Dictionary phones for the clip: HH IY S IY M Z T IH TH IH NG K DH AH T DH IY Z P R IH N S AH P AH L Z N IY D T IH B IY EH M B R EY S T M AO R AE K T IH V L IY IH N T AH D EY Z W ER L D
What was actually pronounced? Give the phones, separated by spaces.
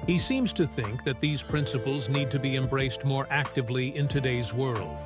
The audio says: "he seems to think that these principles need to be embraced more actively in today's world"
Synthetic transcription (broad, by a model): HH IY S IY M Z T IH TH IH NG K DH AH T DH IY Z P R IH N S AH P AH L Z N IY D T IH B IY EH M B R EY S T M AO R AE K T IH V L IY IH N T AH D EY Z W ER L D